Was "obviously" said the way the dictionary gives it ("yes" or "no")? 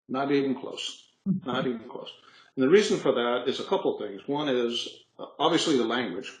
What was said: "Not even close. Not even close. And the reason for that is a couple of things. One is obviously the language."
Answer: yes